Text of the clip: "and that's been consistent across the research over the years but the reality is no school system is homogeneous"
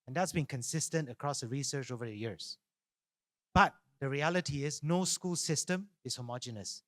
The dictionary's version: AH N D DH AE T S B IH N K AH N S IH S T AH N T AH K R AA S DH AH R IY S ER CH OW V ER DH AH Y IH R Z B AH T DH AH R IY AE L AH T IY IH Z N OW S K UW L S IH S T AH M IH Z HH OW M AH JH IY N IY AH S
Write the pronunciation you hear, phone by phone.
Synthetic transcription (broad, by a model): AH N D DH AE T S B IH N K AH N S IH S T AH N T AH K R AA S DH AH R IY S ER CH OW V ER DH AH Y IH R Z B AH T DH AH R IY AE L AH T IY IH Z N OW S K UW L S IH S T AH M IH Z HH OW M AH JH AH N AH S